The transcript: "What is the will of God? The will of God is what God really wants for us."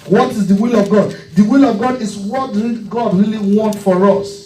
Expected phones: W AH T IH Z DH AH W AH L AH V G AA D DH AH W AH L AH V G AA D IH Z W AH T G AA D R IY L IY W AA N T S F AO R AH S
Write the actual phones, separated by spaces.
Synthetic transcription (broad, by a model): W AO T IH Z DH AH W AH L AH V G AA D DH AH W AH L AH V G AA D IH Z W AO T G AA D R IY L IY W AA N T F AO R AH S